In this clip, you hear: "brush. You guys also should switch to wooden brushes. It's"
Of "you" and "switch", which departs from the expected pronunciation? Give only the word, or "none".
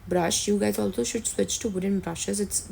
none